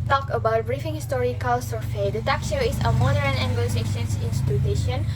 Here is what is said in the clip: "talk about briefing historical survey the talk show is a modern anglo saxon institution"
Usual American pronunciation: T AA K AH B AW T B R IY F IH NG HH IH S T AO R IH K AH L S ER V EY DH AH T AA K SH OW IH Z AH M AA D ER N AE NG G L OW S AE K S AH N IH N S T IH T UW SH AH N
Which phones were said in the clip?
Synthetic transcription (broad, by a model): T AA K AH B AW T B R IY F IH NG HH IH S T AO R IH K AH L S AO F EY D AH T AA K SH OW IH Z AH M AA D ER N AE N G OW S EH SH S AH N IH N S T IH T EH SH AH N